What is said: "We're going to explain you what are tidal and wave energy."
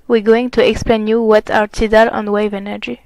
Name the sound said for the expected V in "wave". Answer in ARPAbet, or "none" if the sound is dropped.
V